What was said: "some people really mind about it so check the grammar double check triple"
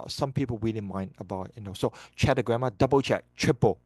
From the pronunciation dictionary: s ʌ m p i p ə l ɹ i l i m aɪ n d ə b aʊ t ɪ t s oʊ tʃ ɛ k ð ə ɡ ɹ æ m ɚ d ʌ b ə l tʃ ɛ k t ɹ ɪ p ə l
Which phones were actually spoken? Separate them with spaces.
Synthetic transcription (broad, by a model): s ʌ m p i p ə l w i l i m aɪ n d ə b aʊ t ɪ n s oʊ tʃ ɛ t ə ɡ ɹ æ m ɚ d ʌ b ə l tʃ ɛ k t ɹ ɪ p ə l